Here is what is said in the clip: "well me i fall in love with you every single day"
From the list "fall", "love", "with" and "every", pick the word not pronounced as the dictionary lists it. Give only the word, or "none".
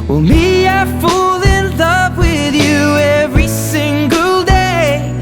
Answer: love